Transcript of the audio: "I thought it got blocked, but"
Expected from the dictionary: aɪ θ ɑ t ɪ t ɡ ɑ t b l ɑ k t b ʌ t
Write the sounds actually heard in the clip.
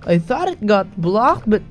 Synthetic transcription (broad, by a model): aɪ θ ɑ t ɪ t ɡ ɑ t b l ɑ k t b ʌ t